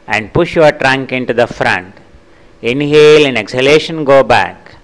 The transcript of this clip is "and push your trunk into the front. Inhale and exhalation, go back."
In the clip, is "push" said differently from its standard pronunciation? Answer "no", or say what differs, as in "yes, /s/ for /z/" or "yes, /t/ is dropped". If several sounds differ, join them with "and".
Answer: no